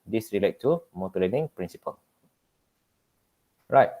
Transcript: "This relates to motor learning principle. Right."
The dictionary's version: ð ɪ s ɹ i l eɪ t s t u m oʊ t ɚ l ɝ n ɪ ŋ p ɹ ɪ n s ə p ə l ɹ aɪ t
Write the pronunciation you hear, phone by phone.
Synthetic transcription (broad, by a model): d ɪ s ɹ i l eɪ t t u m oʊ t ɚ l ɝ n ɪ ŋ p ɹ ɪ n s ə p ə l ɹ aɪ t